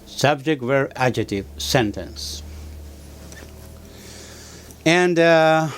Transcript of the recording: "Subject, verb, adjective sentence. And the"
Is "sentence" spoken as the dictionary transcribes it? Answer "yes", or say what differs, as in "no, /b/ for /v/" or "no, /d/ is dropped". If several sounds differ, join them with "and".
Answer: yes